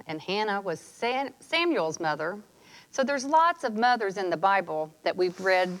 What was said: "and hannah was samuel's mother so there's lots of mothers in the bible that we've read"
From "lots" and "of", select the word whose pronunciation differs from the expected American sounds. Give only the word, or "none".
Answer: none